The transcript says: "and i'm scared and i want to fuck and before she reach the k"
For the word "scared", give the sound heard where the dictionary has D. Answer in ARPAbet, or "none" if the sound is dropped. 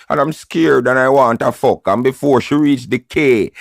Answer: D